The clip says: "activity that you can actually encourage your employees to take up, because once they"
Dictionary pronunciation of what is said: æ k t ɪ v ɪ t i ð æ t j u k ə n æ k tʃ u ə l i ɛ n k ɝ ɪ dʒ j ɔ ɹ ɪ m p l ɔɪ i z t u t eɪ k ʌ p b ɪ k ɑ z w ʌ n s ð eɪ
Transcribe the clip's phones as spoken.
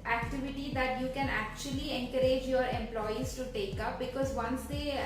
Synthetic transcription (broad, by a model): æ k t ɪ v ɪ t i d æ t j u k ə n æ k tʃ u ə l i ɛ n k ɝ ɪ dʒ j ɔ ɹ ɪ m p l ɔɪ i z t u t eɪ k ʌ p b ɪ k ɑ z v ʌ n s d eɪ